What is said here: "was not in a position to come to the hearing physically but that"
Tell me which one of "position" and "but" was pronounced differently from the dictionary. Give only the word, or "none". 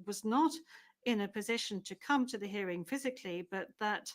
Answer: none